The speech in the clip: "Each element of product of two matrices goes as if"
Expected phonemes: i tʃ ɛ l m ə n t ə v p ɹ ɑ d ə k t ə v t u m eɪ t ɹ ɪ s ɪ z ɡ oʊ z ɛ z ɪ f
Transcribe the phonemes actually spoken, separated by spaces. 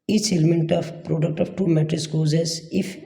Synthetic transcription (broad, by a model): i tʃ ɛ l m ə n t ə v p ɹ ɑ d ə k t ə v t u m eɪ t ɪ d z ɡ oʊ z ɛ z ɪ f